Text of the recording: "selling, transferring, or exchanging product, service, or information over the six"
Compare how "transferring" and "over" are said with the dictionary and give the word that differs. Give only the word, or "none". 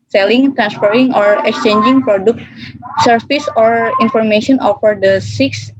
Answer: over